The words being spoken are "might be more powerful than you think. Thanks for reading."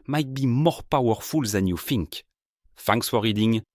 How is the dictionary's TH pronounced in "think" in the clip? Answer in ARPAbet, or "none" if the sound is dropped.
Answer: F